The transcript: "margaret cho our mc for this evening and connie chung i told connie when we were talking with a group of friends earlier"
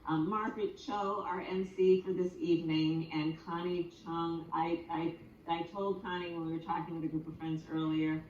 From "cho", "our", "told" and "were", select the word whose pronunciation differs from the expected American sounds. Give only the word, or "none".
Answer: none